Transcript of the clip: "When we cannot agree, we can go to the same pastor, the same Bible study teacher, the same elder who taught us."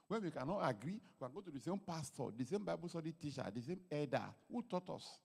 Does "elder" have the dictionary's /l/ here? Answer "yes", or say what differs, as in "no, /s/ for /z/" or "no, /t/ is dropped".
no, /l/ is dropped